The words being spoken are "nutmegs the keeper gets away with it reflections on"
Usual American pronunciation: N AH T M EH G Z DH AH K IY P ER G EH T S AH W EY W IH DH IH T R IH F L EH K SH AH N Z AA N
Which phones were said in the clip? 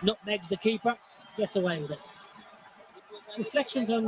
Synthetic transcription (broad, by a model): N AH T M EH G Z DH AH K IY P ER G EH T AH W EY W IH DH IH T R IH F L EH K SH AH N Z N